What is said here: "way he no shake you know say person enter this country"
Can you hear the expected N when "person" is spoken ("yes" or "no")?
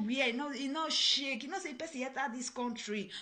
no